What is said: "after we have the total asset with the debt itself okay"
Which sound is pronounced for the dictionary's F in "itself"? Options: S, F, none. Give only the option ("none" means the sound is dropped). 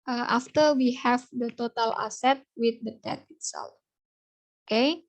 none